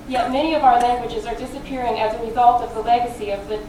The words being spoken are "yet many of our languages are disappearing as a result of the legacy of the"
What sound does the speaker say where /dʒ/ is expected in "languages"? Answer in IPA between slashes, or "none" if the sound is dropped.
/dʒ/